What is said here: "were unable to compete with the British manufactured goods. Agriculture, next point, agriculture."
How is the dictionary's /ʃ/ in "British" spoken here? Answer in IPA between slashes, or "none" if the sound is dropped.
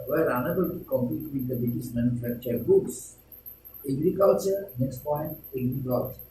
/s/